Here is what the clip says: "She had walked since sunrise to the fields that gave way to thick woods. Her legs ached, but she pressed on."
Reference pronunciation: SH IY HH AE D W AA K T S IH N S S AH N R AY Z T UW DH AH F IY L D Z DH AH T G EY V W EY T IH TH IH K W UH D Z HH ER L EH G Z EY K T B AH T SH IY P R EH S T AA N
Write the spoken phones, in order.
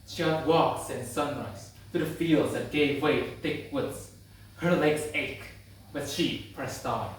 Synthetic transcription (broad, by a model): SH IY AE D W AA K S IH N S S AH N R AY Z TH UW DH AH F IY L D Z DH AH T G EY V W EY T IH TH IH K W UH D Z HH ER L EH G Z EY K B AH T SH IY P R EH S T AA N